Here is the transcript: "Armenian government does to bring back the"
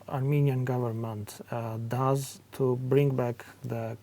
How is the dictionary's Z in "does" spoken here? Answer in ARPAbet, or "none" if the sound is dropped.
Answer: Z